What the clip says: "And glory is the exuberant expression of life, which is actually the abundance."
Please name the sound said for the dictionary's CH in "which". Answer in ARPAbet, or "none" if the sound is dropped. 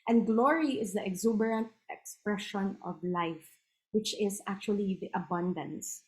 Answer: CH